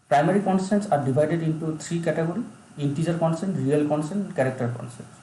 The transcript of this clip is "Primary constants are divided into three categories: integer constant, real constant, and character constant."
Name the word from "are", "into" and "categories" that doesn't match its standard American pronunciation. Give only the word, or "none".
categories